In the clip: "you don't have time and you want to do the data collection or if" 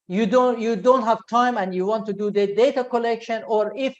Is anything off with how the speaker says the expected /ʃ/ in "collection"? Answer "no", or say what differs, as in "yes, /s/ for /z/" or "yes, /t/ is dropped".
no